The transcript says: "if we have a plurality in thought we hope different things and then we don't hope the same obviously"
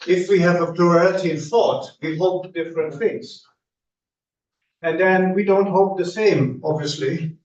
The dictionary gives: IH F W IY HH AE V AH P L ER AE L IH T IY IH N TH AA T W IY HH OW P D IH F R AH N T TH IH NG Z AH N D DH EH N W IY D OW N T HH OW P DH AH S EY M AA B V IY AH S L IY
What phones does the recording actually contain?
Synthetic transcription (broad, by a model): IH F W IY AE V AH P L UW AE L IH T IY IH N TH AA T W IY HH OW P D IH F R AH N T TH IH NG Z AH N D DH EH N W IY D OW N T HH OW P DH AH S EY M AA B V IY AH S L IY